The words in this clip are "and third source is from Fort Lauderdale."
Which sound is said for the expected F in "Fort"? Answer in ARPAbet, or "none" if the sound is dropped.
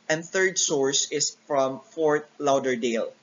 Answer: F